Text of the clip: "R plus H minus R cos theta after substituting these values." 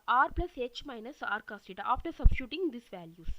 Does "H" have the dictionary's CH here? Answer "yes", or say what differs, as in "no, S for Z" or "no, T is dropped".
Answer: yes